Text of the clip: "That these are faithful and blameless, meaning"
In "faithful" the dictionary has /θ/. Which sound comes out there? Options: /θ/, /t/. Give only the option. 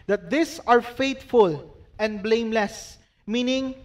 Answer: /t/